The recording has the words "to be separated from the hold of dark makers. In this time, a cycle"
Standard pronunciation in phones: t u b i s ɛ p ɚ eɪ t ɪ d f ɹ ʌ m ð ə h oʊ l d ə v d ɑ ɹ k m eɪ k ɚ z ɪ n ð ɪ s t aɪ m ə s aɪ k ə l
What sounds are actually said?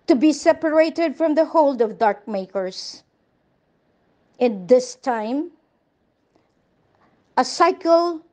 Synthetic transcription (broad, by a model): t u b i s ɛ p ɚ eɪ t ɪ d f ɹ ʌ m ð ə h oʊ l d ə v d ɑ ɹ k m eɪ k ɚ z ɪ n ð ɪ s t aɪ m ə s aɪ k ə l